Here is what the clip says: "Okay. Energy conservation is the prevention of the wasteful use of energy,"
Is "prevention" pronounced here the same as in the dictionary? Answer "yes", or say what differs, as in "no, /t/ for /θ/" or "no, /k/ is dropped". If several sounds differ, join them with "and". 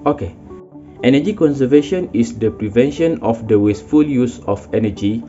yes